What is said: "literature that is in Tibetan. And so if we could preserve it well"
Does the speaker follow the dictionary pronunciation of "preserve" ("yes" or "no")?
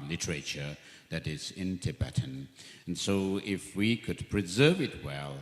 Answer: yes